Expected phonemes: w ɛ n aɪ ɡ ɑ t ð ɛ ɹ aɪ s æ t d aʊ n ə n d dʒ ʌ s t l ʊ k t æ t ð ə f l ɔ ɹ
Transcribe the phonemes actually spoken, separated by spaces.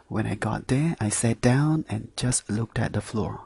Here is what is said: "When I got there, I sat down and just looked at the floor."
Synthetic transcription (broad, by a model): w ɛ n aɪ ɡ ɑ t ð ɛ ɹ aɪ s æ t d aʊ n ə n dʒ ʌ s t l ʊ k t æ t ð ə f l ɔ ɹ